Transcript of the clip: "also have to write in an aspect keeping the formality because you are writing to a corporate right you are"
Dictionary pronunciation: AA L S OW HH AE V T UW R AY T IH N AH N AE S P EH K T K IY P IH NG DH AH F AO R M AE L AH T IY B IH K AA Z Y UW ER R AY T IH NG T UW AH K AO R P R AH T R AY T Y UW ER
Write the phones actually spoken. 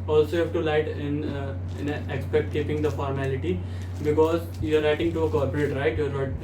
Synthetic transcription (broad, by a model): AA L S OW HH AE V T UW L AY T IH N AH N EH S P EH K T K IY P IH NG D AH F AO R M AE L AH T IY B IH K AA Z Y UW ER R AY T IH NG T UW AH K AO R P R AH T R AY T Y UW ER